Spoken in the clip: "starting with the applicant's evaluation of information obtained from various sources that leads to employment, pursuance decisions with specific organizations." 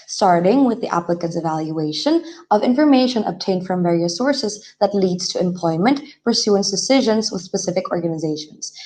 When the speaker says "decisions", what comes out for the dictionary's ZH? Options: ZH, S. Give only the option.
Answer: ZH